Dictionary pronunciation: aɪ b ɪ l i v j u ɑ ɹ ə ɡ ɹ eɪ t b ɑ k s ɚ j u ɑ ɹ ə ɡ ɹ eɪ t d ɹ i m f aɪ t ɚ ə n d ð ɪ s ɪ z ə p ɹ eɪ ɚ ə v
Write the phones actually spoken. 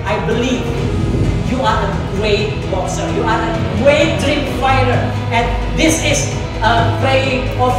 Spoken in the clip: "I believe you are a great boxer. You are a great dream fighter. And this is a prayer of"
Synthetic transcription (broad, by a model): aɪ b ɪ l i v j u ɑ ɹ ə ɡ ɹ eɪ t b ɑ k s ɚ j u ɑ ɹ ə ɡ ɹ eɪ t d ɹ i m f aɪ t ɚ ə n d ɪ s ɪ s ə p l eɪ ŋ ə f